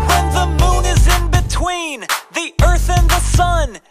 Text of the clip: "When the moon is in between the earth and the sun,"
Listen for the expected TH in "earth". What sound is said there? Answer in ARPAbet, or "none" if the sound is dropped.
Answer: TH